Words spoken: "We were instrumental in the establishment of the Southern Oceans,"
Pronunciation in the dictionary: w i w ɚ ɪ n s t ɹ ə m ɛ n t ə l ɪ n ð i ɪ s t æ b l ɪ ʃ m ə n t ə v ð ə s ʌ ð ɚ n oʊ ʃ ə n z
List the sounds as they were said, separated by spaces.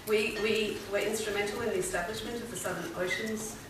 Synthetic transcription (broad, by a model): w i w ɚ ɪ n s t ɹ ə m ɛ n t l ɪ n ð i ɪ s t æ b l ɪ ʃ m ə n t ə v ð ə s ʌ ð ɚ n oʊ ʃ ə n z